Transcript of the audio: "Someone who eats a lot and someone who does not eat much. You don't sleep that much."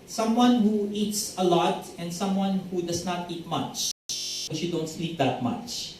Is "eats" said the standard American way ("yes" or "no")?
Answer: yes